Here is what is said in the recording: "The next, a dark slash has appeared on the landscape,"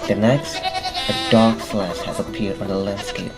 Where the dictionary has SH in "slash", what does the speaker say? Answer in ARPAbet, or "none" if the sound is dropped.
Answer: S